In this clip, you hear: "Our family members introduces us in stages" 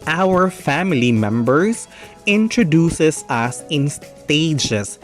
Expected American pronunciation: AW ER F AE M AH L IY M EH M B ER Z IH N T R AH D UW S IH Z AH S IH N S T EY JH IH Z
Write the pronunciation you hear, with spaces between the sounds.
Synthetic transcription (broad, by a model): AW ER F AE M AH L IY M EH M B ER S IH N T R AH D UW S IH S AH S IH N S T EY JH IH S